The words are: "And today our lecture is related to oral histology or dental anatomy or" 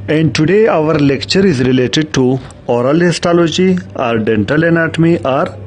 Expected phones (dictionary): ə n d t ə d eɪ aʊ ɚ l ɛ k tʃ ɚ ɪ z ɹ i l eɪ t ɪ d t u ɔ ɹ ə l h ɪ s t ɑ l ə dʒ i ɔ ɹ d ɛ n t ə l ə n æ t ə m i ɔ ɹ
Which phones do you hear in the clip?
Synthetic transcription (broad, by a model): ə n d t ə d eɪ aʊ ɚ l ɛ k tʃ ɚ ɪ z ɹ i l eɪ t ɪ d t u ɔ ɹ ə l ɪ s t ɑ l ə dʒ i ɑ ɹ d ɛ n t ə l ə n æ t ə m i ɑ ɹ